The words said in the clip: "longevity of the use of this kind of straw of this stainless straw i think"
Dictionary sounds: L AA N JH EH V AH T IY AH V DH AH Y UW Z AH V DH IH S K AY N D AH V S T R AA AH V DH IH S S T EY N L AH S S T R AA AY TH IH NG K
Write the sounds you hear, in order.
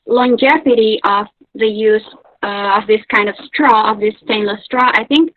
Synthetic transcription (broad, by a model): L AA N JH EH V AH T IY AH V DH AH Y UW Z AH V DH IH S K AY N D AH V S T R AA AH V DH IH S S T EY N L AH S S T R AA AY TH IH NG K